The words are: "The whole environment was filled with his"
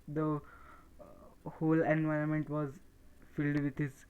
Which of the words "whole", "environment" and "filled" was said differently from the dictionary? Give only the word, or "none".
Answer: none